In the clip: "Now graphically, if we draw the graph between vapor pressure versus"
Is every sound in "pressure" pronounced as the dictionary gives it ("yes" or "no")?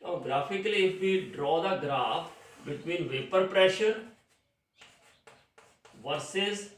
yes